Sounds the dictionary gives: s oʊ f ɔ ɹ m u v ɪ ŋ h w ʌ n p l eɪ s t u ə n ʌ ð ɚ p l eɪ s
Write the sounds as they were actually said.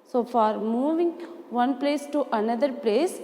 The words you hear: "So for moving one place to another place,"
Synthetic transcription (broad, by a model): s oʊ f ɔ ɹ m u v ɪ ŋ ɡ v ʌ n p l eɪ s t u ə n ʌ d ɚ p l eɪ s